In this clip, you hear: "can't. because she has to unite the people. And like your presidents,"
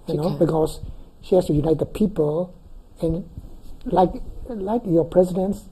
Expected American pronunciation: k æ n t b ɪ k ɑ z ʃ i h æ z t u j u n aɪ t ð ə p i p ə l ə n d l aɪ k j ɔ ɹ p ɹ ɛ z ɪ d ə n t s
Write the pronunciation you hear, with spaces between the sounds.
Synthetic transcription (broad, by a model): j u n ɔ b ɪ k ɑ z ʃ i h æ s t u j u n aɪ t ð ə p i p ə l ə n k l aɪ k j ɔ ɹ p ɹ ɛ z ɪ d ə n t s